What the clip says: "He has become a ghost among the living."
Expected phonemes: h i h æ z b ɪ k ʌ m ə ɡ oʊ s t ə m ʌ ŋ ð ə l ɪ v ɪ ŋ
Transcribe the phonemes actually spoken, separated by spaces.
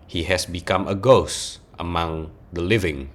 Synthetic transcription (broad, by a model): h i h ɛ s b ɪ k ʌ m ə ɡ oʊ s t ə m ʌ ŋ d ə l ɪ v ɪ ŋ